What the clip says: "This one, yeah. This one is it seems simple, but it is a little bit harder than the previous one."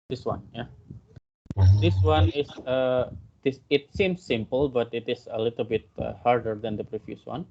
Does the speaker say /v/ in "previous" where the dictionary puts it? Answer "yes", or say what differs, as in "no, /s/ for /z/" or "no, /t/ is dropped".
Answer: no, /f/ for /v/